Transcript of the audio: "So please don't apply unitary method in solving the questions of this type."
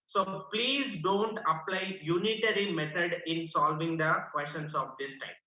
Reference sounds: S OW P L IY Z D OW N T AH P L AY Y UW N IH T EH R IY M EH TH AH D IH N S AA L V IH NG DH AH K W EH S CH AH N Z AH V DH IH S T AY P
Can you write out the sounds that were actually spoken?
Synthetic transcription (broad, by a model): S OW P L IY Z D OW N T AH P L AY Y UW N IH T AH R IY M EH T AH D IH N S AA L V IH NG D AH K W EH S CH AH N S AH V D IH S T AY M